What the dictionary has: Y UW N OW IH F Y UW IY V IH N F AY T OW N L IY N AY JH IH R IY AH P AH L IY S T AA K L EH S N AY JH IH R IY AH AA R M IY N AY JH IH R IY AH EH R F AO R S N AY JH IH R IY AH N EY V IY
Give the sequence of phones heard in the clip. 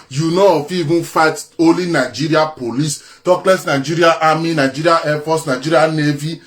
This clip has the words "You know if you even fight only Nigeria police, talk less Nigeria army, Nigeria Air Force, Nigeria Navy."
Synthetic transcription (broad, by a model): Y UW N OW IH F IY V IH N F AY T OW L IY N AY JH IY R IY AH P AH L IY S T AA K L EH S N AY JH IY R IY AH AA M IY N AY JH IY R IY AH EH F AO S N AY JH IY R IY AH N EY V IY